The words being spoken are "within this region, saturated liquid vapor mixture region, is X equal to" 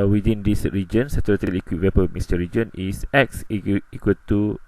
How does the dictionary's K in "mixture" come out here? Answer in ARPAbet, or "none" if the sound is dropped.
none